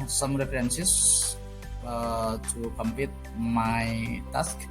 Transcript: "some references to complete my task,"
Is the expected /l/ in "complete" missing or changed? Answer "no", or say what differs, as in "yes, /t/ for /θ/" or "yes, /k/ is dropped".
yes, /l/ is dropped